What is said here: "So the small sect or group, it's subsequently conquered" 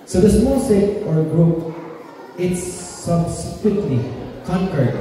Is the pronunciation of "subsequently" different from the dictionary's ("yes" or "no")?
yes